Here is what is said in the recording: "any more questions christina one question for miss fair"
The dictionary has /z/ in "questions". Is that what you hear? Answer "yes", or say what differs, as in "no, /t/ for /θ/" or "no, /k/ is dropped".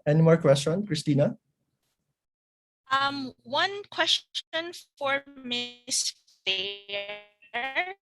no, /z/ is dropped